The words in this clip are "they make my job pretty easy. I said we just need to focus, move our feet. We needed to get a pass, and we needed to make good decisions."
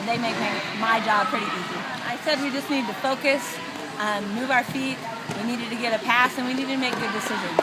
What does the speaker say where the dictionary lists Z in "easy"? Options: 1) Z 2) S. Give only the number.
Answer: 1